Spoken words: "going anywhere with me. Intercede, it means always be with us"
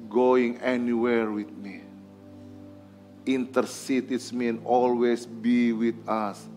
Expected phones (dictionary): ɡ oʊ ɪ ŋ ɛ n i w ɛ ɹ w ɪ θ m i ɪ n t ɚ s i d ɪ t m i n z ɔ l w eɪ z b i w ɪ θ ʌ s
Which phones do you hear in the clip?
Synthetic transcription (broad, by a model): ɡ oʊ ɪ ŋ ɛ n i w ɛ ɹ w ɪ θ m i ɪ n t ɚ s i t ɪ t m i n ɔ l w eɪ s b i w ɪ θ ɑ s